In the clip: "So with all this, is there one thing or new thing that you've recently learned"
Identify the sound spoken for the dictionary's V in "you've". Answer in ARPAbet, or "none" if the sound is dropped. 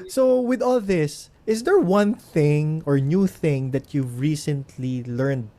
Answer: V